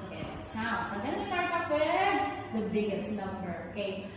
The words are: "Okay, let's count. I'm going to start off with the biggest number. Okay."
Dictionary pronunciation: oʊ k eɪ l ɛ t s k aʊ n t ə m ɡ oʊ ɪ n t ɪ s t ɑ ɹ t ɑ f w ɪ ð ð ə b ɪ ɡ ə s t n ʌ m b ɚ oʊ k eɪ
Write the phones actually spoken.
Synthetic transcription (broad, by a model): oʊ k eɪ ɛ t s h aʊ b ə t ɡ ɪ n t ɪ s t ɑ ɹ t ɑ p w ɪ ð ð ə b ɪ ɡ ə s t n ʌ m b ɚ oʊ k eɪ